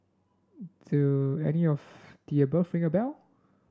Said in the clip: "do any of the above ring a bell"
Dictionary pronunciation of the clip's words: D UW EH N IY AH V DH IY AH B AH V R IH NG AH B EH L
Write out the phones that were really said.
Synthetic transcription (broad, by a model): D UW EH N IY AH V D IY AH B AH F R IH NG AH B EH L